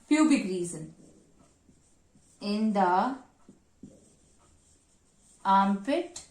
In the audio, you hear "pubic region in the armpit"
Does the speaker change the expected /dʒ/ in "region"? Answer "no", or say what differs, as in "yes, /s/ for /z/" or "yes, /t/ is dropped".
yes, /z/ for /dʒ/